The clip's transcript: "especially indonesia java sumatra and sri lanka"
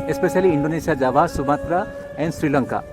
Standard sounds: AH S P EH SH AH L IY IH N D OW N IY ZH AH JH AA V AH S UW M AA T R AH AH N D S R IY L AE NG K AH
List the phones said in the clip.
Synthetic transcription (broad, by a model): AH S P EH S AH L IY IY N D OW N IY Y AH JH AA B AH S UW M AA T R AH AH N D S R IY L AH NG K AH